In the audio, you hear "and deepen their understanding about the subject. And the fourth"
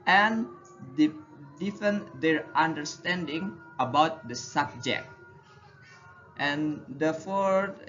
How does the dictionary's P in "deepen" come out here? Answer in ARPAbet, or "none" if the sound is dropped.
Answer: F